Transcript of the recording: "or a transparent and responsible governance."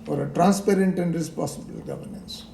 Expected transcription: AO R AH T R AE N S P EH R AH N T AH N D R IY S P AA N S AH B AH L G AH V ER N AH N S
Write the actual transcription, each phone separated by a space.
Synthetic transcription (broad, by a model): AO R AH T R AE N S P EH R AH N T AH N D R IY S P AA S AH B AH L G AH V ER N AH N S